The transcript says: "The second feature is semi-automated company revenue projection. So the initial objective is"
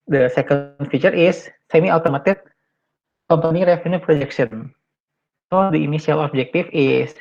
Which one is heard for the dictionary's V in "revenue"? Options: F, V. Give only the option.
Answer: F